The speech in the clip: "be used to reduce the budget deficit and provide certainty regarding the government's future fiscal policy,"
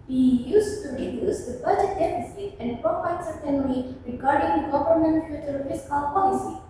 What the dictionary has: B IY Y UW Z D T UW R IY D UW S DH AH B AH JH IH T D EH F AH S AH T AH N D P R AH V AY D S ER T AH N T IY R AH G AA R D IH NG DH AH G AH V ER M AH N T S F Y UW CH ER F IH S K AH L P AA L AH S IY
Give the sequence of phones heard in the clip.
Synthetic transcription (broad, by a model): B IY Y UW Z T UW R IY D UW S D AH B AH JH IH T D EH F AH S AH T AH N D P R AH P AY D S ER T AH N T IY R AH G AA R D IH NG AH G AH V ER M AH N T F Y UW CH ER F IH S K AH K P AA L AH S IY